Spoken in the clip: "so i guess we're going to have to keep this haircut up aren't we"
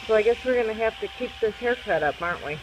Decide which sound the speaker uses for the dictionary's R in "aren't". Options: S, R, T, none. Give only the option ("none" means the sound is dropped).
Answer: R